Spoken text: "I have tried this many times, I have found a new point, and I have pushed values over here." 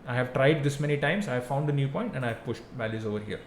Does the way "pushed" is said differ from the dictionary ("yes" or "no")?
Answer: no